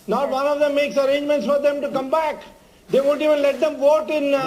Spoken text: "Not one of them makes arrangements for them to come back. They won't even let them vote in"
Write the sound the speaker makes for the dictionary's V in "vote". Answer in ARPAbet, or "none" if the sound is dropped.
V